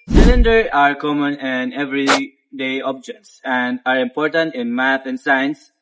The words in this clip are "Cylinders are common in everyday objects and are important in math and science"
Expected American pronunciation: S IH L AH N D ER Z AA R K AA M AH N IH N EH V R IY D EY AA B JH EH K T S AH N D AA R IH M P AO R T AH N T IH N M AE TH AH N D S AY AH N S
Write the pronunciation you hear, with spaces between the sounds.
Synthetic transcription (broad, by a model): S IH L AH N D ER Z AA R K AA M AH N IH N EH V R IY D EY AA B JH EH K T S AH N D AA R IH M P AO R T AH N T IH N M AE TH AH N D S AY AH N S